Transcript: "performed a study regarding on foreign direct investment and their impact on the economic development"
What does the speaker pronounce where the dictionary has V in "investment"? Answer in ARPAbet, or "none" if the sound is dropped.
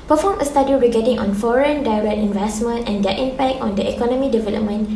V